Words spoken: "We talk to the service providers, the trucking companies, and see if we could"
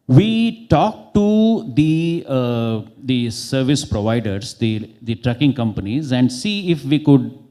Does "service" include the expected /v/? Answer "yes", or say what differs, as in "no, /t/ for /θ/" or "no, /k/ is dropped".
yes